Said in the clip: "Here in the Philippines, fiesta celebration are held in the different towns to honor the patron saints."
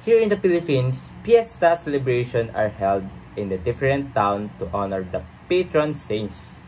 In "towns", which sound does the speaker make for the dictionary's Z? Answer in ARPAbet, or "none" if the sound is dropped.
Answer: none